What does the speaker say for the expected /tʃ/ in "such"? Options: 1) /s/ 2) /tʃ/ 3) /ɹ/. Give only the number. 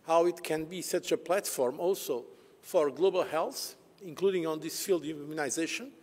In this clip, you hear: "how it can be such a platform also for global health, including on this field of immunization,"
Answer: 2